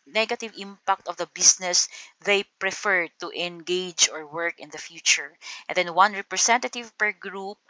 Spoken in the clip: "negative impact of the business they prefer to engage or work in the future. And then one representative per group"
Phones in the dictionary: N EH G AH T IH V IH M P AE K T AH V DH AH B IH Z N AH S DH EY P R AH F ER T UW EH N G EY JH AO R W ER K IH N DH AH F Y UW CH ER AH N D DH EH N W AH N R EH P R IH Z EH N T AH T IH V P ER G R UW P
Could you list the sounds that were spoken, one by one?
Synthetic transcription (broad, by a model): N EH G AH T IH V IH M P AE K T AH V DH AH B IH S N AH S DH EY P R AH F ER T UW EH N G EY JH AO R W ER K IH N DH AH F Y UW CH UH AH N D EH N W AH N R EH P R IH S EH N T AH T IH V P ER G R UW P